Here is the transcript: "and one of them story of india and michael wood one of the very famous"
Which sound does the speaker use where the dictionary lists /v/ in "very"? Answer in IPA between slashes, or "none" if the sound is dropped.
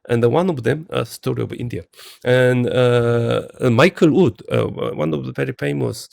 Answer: /p/